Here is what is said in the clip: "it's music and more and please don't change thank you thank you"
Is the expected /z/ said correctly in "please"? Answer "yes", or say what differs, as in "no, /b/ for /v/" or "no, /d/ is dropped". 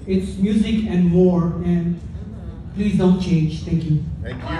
yes